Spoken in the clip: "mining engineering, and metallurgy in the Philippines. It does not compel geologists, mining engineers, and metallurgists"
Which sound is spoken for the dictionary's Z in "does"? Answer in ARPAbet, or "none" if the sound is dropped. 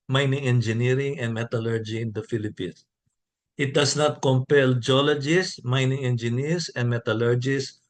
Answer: S